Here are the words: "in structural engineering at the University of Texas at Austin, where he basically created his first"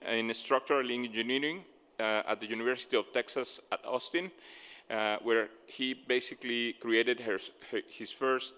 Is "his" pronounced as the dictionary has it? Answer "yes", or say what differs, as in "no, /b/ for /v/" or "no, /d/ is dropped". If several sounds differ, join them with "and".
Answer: no, /s/ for /z/